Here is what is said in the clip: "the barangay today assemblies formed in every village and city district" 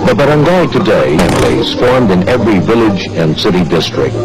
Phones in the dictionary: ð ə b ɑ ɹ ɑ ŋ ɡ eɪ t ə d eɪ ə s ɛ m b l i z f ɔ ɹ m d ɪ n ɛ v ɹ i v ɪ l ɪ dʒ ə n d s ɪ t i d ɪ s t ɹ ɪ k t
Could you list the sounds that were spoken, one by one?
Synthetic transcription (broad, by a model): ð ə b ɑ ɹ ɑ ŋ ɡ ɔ t ə d eɪ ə ɛ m l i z f ɔ ɹ m d ɪ n ɛ v ɹ i v ɪ l ɪ dʒ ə n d s ɪ t i d ɪ s t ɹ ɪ k t